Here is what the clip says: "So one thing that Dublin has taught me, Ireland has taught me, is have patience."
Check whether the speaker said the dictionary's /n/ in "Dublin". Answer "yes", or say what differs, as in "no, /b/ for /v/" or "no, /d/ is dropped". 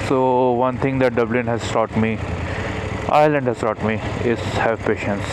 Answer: yes